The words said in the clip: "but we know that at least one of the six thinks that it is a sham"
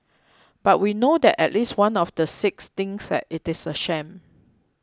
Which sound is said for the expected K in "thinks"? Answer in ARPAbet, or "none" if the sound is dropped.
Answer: none